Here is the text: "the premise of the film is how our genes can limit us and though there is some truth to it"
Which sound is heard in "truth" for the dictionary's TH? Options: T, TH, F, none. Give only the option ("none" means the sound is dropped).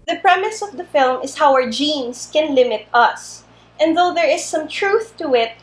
TH